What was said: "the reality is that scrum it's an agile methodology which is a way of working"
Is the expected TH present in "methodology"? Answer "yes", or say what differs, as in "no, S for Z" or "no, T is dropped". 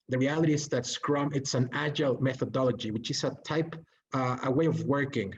yes